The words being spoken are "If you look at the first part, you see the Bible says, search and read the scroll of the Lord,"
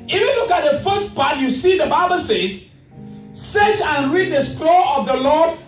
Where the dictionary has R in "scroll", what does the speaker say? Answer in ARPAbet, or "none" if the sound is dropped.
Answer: L